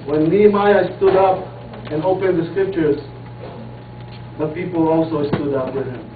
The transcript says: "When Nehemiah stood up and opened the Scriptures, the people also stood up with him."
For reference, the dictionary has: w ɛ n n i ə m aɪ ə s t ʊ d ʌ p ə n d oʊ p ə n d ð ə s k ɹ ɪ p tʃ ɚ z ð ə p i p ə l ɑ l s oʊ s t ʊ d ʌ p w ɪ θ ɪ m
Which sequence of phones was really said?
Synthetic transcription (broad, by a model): w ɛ n l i m aɪ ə s t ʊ d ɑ p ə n oʊ p ə n d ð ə s k ɹ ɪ p tʃ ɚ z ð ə p i p ə l ɑ l s oʊ s t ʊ d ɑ p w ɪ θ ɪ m